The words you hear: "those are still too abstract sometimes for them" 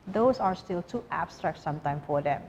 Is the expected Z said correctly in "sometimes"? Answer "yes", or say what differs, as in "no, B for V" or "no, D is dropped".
no, Z is dropped